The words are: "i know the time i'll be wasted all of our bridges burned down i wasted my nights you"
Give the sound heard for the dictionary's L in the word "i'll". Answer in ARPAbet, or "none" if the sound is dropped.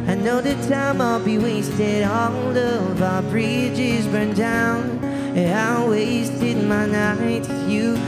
L